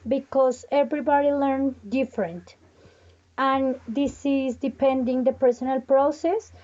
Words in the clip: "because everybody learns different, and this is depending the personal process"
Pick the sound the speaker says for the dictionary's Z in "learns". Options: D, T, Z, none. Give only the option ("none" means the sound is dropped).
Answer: none